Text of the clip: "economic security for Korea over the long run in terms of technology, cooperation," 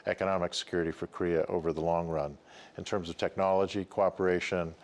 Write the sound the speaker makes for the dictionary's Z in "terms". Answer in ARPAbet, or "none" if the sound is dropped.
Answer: Z